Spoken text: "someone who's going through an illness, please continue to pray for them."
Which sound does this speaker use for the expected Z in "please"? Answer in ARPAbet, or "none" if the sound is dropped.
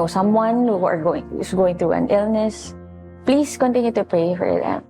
S